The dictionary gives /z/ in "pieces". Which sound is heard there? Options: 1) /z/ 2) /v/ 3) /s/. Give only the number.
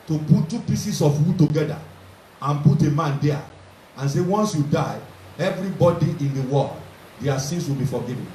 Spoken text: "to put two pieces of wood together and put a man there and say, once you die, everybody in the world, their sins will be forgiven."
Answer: 3